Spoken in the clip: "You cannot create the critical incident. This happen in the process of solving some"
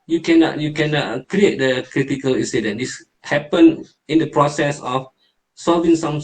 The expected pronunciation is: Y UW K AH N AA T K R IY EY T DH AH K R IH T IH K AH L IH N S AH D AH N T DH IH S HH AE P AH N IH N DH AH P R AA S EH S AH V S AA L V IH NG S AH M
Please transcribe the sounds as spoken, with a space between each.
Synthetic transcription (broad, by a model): Y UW K AH N AA T K R IY EY T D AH K R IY T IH K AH L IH N S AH D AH N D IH S HH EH P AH N IH N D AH P R AA S EH S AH F S AA L V IH NG S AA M